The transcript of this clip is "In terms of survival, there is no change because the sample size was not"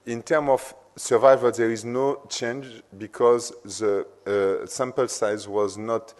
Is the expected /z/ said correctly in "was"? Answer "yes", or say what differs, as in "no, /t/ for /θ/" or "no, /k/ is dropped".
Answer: yes